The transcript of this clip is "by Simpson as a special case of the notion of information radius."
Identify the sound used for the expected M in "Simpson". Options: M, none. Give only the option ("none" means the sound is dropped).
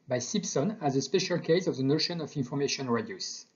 none